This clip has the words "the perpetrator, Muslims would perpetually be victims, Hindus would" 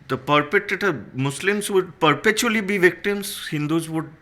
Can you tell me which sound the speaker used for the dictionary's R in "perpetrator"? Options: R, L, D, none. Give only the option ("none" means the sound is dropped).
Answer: none